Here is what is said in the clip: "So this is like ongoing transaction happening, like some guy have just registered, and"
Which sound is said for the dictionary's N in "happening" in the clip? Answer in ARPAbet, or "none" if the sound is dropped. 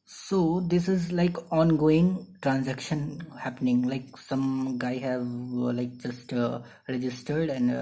N